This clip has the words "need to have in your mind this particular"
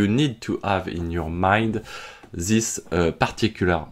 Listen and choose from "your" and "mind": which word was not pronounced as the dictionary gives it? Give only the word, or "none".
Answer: none